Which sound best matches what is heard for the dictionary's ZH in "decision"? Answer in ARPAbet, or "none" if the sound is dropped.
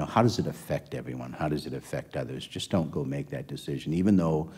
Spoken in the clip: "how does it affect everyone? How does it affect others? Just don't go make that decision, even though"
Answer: ZH